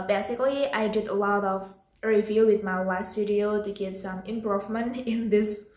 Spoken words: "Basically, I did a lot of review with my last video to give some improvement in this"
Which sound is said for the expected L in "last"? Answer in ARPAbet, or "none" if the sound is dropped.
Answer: W